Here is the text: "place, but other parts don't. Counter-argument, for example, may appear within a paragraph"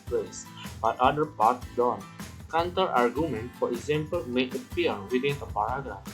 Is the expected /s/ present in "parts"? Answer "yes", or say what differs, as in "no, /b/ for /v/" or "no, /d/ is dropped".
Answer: no, /s/ is dropped